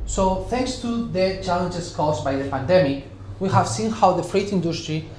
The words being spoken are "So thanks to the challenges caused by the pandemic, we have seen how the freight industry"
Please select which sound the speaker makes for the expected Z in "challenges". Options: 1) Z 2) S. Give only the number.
2